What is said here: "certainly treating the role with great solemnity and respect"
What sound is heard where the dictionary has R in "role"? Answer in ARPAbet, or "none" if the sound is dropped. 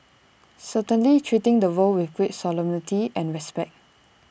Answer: W